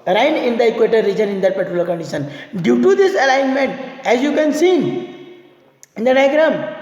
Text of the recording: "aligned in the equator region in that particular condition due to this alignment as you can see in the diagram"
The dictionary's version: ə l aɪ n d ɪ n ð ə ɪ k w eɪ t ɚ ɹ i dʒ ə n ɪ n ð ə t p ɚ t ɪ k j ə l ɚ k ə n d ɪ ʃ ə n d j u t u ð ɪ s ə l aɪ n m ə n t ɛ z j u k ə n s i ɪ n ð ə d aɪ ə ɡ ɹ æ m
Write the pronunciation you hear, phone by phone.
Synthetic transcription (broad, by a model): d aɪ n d ɪ n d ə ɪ k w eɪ t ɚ ɹ i dʒ ə n ɪ n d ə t p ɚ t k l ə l k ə n d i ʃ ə n d j u t u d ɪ s ə l aɪ n m ə n t ɛ z j u k ə n s i ɪ n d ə d aɪ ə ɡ ɹ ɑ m